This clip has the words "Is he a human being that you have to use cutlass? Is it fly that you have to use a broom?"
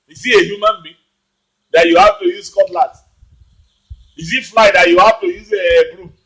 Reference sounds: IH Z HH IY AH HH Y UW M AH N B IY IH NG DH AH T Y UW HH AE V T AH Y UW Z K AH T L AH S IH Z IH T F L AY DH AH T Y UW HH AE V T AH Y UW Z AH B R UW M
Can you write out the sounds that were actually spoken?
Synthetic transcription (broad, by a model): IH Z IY AH HH Y UW M AH N B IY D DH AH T Y UW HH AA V T AH Y UW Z K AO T L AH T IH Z IH T F L AY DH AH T Y UW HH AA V T AH Y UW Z AH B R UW